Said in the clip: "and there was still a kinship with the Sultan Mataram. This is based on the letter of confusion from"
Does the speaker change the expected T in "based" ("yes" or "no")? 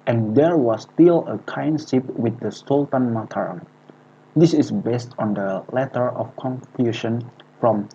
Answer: no